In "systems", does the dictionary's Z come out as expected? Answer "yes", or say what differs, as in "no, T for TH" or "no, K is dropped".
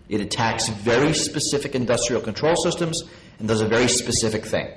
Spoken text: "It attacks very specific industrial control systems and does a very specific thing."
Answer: yes